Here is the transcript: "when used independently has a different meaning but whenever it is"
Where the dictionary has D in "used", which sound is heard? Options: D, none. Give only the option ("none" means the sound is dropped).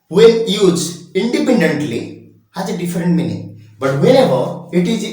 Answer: none